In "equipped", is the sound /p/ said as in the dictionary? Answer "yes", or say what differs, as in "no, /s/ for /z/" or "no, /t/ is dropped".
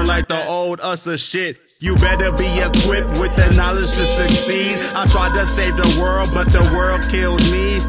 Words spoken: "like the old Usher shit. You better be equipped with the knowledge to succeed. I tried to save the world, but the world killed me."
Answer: yes